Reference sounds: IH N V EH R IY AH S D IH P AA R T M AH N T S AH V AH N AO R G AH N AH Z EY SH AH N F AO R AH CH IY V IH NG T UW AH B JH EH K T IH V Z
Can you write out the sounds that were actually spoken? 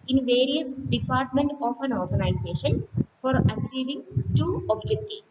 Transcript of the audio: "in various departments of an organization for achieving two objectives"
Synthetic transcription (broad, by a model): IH N V EH R IY AH S D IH P AA R T M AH N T AH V AH N AO R G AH N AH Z EY SH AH N F AO R AH CH IY V IH NG T UW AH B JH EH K T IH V